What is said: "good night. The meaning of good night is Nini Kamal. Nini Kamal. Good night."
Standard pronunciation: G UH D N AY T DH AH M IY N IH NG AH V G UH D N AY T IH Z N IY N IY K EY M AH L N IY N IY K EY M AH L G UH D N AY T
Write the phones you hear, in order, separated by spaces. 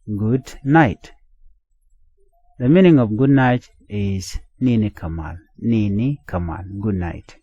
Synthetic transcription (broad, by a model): G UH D N AY T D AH M IY N IH NG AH P G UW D N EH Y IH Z N IY N IY K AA M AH L N IY N IY K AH M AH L G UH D N AY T